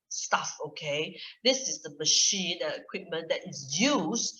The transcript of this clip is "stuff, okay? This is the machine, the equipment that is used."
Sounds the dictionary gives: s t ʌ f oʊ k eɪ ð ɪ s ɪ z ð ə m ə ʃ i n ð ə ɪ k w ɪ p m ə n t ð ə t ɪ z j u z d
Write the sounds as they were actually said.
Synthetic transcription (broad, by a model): s t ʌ f oʊ k eɪ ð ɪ s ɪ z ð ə m ə ʃ i n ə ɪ k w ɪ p m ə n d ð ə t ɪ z j u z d